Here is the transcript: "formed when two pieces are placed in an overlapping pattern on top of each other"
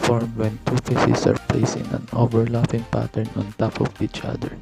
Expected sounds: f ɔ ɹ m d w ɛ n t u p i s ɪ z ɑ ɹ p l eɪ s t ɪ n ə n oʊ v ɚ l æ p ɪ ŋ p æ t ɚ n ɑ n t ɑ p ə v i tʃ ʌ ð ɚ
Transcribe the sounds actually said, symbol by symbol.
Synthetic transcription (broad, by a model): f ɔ ɹ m w ɛ n t u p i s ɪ s ɑ ɹ p l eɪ s ɪ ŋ ə n oʊ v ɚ l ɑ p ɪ ŋ p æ t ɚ n ɑ n t ɑ p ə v i tʃ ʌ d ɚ